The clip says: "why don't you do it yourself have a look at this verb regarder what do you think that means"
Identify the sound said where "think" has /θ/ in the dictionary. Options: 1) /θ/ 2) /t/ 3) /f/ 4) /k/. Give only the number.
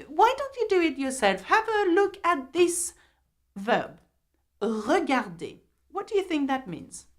1